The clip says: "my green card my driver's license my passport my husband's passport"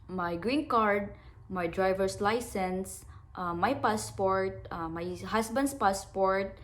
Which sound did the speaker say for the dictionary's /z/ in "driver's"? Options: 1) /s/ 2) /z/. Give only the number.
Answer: 1